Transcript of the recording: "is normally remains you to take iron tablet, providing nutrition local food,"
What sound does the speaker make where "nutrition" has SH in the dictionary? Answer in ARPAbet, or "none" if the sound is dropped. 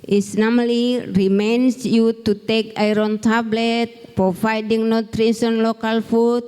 S